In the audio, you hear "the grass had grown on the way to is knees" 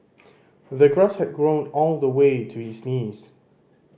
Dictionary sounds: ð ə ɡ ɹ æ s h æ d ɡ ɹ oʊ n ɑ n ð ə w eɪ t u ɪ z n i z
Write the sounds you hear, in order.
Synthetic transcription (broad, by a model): ð ə ɡ ɹ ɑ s h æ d ɡ ɹ oʊ n ɑ l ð ə w eɪ t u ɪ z n i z